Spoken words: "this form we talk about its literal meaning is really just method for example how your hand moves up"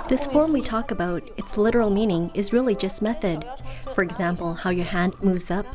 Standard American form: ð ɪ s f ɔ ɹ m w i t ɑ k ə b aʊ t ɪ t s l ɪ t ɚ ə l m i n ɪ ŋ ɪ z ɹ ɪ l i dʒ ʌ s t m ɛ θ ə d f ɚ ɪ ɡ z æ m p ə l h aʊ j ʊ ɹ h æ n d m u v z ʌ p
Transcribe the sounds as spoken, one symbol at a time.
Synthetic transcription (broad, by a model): ð ɪ s f ɔ ɹ m w i t ɑ k ə b aʊ t ɪ t s l ɪ t ɚ l m i n ɪ ŋ ɪ z ɹ ɪ l i dʒ ʌ s t m ɛ θ ə d f ɚ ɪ ɡ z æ m p l h aʊ j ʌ ɹ h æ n m u v z ʌ p